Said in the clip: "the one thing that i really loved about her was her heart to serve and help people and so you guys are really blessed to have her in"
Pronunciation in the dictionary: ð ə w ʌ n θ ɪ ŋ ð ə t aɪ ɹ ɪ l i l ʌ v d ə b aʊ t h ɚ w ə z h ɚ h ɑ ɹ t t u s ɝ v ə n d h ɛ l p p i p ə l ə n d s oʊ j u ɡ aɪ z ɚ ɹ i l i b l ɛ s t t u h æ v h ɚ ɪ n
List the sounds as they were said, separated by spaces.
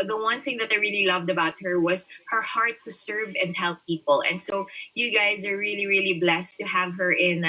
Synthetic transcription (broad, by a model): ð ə w ʌ n θ ɪ ŋ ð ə t aɪ ɹ ɪ l i l ʌ v d ə b aʊ t h ɚ w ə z h ɚ h ɑ ɹ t t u s ɝ v ə n d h ɛ l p p i p ə l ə n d s oʊ j u ɡ aɪ z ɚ ɹ i l i b l ɛ s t t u h æ v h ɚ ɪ n